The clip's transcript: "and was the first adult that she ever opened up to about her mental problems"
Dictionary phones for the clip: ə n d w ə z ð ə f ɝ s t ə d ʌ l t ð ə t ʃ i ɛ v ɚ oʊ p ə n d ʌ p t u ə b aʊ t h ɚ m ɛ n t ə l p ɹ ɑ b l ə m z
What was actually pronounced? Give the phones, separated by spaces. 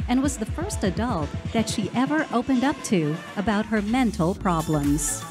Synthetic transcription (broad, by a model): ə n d w ə z ð ə f ɝ s t ə d ʌ l t ð ə t ʃ i ɛ v ɚ oʊ p ə n d ʌ p t u ə b aʊ t h ɚ m ɛ n t l p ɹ ɑ b l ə m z